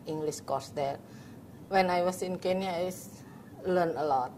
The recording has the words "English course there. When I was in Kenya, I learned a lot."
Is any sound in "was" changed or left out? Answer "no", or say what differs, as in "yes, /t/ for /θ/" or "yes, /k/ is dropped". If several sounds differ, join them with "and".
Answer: yes, /s/ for /z/